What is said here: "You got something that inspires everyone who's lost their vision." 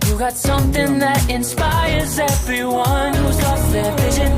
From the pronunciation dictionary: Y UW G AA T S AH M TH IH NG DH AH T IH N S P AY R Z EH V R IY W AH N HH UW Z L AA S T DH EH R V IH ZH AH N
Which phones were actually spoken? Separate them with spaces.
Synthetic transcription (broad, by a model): Y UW G AA T S AH M TH IH NG DH AH T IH N S P AY R Z EH V R IY W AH N HH UW Z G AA T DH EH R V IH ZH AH N